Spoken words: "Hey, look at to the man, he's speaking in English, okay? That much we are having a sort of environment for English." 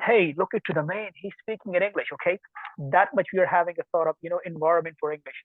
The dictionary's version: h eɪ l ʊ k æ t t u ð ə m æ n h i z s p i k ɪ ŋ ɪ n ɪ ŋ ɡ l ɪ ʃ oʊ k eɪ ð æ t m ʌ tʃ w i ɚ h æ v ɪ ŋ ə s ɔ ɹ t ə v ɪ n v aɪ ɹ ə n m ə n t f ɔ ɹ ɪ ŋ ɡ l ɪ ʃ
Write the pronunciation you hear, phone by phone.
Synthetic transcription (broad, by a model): h eɪ l ʊ k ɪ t t u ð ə m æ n h i z s p i k ɪ ŋ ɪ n ɪ ŋ ɡ l ɪ ʃ oʊ k eɪ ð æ t m ʌ tʃ w i ɚ h æ v ɪ ŋ ə θ ɔ ɹ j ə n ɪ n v aɪ ɹ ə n m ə n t f ɔ ɹ ɪ ŋ ɡ l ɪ ʃ